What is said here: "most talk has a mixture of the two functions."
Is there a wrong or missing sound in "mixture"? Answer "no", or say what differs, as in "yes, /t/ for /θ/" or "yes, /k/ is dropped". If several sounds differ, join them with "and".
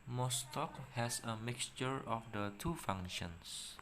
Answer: no